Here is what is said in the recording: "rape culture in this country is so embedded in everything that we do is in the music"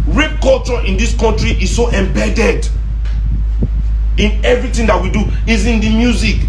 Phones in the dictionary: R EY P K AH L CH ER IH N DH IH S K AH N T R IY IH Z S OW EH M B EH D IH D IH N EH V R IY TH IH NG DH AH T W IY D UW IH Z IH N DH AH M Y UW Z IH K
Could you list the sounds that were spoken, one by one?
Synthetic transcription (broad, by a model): R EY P K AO L CH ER IH N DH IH S K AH N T R IY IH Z S OW EH M B EH D IH D IH N EH V R IY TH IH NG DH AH T W IY D UW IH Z IH N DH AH M Y UW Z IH K